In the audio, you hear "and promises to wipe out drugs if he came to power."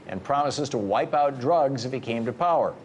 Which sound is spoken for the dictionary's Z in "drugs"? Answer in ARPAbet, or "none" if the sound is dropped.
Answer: Z